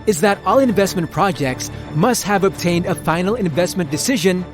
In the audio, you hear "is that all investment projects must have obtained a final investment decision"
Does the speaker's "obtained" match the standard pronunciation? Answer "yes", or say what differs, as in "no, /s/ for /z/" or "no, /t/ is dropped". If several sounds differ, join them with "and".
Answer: yes